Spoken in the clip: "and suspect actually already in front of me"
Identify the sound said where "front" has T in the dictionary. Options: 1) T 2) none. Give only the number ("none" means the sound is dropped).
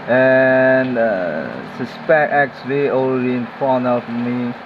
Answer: 2